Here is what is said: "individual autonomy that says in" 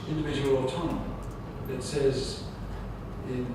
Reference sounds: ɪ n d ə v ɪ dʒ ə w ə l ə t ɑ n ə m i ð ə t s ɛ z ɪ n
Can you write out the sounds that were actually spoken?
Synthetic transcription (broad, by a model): ɪ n d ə v ɪ dʒ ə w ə l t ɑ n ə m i ð ə t s ɛ z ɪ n